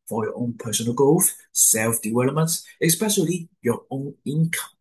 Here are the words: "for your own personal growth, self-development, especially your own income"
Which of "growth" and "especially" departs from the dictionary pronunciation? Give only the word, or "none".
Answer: growth